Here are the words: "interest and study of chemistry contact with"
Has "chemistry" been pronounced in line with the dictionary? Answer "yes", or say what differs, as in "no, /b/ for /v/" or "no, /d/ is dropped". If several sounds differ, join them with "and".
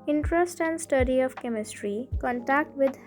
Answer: yes